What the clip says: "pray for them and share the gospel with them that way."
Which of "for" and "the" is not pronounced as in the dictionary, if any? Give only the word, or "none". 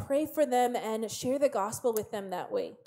none